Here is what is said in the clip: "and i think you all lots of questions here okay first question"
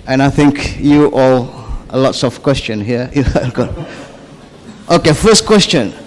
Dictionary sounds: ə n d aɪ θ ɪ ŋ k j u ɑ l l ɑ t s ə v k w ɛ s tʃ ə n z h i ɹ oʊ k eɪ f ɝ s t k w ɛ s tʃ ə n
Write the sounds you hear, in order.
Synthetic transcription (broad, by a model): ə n aɪ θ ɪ ŋ k j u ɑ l l ɑ t s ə f k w ɛ s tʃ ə n h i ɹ oʊ k eɪ f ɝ s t k w ɛ s tʃ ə n